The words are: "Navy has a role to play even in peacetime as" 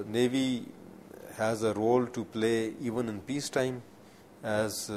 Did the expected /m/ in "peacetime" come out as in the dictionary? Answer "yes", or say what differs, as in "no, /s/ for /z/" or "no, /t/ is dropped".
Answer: yes